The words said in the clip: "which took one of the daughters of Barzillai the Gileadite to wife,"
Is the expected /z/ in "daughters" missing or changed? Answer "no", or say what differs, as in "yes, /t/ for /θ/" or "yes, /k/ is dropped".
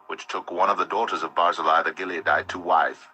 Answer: no